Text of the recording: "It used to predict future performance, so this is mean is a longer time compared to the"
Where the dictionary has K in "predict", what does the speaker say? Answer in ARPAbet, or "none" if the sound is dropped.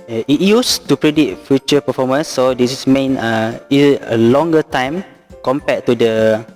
none